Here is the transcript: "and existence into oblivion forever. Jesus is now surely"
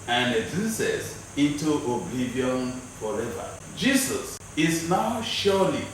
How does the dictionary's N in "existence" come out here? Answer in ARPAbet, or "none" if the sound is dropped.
none